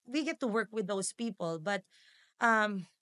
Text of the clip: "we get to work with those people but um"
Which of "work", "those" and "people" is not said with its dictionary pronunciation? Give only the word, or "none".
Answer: those